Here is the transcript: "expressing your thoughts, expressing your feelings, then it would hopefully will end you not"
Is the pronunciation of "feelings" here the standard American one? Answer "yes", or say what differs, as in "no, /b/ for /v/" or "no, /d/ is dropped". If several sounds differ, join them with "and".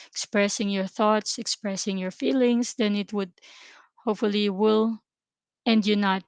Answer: no, /s/ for /z/